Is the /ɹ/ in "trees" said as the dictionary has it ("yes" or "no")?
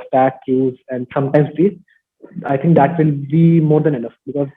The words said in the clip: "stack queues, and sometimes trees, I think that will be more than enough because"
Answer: no